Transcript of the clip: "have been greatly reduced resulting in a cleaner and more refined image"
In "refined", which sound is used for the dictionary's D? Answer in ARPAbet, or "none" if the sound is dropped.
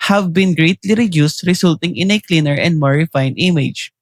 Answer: none